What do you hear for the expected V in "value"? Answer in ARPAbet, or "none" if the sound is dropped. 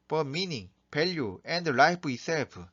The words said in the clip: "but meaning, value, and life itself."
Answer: P